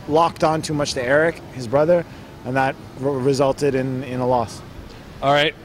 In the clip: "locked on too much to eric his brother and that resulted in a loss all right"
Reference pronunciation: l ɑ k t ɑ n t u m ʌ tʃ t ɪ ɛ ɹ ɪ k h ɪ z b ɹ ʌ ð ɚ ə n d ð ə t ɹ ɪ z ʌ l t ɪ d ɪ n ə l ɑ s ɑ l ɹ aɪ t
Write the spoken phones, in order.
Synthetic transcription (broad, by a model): l ɑ k t n t u m ʌ tʃ t ɪ ɛ ɹ ɪ k h ɪ z b ɹ ʌ ð ɚ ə n ð ə t ɹ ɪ z ʌ l t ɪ d ɪ n ə l ɑ s ɑ l ɹ aɪ t